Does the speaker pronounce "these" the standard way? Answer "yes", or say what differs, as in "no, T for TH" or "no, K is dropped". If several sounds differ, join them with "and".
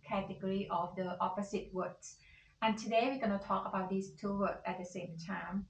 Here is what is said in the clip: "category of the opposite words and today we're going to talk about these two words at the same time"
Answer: no, S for Z